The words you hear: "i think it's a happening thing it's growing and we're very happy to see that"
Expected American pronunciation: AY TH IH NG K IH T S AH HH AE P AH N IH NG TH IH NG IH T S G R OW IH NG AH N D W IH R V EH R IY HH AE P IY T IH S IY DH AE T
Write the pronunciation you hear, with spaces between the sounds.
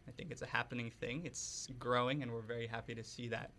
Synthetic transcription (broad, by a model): AY TH IH NG K IH T S AH HH AE P AH N IH NG TH IH NG IH T S G R OW IH NG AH N W IH R V EH R IY HH AE P IY T IH S IY DH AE T